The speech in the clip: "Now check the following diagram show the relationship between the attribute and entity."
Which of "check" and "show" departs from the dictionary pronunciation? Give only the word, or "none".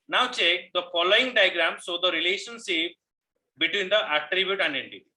show